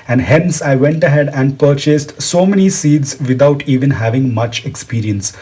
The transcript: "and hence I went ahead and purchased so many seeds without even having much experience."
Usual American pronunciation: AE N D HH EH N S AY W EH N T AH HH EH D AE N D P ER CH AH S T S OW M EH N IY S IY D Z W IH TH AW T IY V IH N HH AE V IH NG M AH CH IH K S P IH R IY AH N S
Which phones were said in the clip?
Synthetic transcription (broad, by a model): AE N D HH EH N S AY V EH N T AH HH EH D AE N D P ER CH AH S T S OW M EH N IY S IY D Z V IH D AW T IY V IH N HH AE V IH NG M AH CH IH K S P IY R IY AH N S